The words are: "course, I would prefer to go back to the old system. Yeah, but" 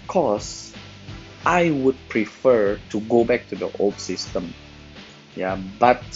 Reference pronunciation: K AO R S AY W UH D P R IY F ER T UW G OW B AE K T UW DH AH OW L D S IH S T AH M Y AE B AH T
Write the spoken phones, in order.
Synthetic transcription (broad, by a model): K AO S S AY W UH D P R IY F ER T UW G OW B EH K T UW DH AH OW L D S IH S T AH M Y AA B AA T